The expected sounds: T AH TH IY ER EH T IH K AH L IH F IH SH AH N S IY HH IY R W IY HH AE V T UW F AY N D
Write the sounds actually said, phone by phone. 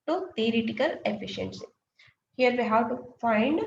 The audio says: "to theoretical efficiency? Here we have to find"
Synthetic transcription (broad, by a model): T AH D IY T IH K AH L IH F IH SH AH N S IY HH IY R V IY HH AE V T UW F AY N D